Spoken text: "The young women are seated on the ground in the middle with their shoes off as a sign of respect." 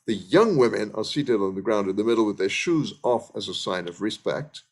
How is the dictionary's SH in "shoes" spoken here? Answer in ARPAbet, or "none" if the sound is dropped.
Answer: SH